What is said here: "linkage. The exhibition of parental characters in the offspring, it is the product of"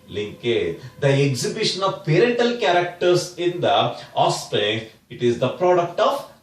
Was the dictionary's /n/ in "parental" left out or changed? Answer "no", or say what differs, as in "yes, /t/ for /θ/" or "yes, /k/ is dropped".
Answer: yes, /n/ is dropped